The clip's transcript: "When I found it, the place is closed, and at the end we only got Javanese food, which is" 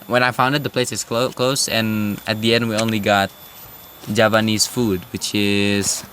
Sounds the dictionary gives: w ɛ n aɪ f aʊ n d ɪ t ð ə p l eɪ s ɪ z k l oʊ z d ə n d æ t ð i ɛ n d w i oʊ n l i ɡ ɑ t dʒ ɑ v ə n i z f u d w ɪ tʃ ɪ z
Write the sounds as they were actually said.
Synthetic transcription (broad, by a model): w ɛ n aɪ f aʊ n d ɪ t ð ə p l eɪ s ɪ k k l oʊ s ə n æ t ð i ɛ n d w i oʊ n l i ɡ ɑ t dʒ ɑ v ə n i s f u d w ɪ tʃ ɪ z